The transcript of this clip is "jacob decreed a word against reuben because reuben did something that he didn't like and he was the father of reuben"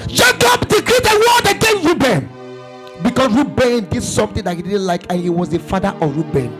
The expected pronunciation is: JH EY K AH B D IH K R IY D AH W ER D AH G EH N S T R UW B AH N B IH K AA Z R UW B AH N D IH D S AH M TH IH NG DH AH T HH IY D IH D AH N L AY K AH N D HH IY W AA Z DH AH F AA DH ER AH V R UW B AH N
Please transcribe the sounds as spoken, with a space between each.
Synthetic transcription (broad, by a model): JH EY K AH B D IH K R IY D AH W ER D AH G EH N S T R UW B AH N B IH K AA S R UW B AH N D IH D S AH M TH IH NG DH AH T HH IY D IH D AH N L AY K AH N HH IY W AA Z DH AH F AA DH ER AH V R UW B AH N